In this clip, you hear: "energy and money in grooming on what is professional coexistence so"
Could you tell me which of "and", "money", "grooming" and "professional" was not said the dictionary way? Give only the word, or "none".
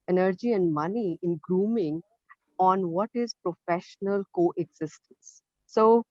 none